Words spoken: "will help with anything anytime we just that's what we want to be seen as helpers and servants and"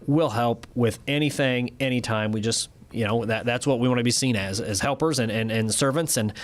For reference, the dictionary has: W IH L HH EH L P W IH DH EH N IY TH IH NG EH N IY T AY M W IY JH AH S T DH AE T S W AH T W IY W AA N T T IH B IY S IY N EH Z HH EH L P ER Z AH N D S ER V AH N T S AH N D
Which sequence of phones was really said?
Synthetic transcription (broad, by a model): W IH L HH EH L P W IH DH EH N IY TH IH NG EH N IY T AY M W IY JH AH S T DH AE T S W AH T W IY W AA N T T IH B IY S IY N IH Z HH EH L P ER Z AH N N S ER V AH N T S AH N